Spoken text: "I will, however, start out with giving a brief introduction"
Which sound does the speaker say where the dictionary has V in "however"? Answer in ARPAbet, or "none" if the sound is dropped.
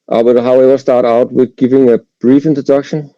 W